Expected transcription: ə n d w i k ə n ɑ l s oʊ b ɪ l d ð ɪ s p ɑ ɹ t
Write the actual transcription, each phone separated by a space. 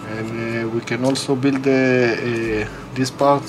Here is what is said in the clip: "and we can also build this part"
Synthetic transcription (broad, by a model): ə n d w i k ə n ɑ l s oʊ b ɪ l d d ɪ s p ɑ ɹ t